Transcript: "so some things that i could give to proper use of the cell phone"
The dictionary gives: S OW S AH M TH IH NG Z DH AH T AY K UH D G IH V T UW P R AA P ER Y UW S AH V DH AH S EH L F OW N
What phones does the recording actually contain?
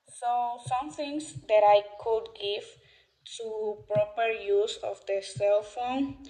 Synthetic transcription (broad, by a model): S OW S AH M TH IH NG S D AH T AY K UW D G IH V T UW P R AA P ER Y UW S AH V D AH S EH L F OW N